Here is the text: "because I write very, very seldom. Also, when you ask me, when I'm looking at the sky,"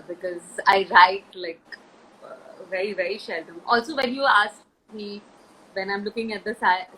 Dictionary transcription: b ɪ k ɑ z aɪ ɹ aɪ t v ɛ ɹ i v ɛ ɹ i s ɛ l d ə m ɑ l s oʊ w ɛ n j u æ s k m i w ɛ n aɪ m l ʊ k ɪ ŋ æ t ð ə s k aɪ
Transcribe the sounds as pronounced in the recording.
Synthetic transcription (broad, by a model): b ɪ k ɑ z aɪ ɹ aɪ t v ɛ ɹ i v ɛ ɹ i ʃ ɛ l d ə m ɑ l s oʊ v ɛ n j u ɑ s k m i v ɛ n aɪ m l ʊ k ɪ ŋ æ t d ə s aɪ